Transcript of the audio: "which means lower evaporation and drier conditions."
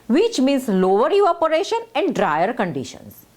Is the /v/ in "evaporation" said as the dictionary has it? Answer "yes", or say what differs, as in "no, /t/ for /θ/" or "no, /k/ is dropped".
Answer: no, /v/ is dropped